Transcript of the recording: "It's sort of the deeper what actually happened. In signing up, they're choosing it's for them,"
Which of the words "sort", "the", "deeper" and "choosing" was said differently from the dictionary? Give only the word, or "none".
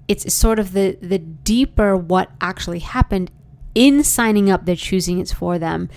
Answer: none